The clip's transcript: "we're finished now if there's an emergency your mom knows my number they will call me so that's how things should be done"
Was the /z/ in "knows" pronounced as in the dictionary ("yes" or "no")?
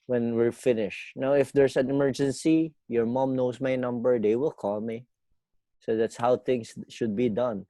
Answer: no